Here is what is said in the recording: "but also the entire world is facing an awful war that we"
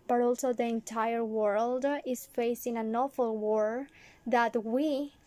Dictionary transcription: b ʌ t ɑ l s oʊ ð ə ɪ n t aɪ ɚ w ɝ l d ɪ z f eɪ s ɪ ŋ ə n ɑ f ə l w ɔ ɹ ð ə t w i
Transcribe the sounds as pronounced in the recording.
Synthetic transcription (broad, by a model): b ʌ t ɑ l s oʊ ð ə ɪ n t aɪ ɚ w ɝ l d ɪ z f eɪ s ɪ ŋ ə n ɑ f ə l w ɔ ɹ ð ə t w i